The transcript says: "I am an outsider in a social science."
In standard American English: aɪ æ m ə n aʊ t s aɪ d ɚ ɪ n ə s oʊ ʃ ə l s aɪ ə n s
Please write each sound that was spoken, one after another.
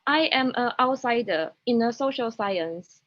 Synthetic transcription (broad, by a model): aɪ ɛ m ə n aʊ t s aɪ d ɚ ɪ n ə s oʊ ʃ ə l s aɪ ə n s